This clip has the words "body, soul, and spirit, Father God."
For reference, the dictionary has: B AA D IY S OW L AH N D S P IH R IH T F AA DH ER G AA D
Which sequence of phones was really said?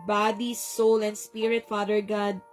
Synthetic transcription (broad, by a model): B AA D IY S OW L AH N D S P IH R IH T F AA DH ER G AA D